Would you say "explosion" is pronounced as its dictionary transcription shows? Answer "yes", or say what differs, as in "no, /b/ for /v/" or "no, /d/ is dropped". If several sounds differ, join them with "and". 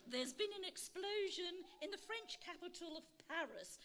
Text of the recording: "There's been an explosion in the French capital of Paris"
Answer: yes